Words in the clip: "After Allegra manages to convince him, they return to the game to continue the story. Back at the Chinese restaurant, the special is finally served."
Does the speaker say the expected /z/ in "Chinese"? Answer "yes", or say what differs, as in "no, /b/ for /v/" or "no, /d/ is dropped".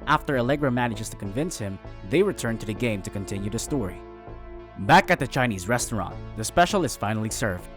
yes